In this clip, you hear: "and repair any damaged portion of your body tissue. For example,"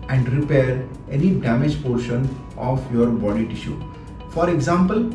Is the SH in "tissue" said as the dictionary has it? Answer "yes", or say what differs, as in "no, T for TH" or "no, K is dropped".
yes